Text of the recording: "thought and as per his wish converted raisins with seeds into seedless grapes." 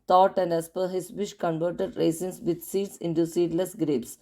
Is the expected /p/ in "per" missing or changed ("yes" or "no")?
no